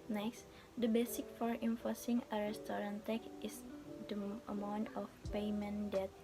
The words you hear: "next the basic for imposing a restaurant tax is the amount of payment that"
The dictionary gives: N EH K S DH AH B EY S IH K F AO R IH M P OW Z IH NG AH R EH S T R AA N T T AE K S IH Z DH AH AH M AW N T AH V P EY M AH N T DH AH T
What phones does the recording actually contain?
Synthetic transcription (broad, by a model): N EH K S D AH B EY S IH K F AO R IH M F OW S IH NG AH R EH S T R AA N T T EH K IH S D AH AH M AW N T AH F P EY M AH N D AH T